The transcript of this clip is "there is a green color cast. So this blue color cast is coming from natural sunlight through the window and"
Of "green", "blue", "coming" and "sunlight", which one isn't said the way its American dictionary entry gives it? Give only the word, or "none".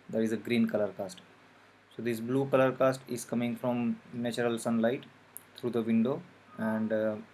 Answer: none